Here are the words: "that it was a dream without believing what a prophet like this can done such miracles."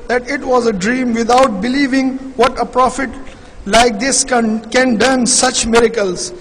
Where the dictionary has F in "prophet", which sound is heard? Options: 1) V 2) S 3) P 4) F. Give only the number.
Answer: 4